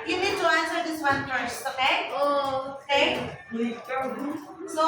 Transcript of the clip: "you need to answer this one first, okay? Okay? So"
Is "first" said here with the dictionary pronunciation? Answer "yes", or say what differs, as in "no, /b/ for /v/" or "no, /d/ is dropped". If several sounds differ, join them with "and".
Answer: no, /t/ is dropped